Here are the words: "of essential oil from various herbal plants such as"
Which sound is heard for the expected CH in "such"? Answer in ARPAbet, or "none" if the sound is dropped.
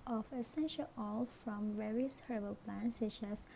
SH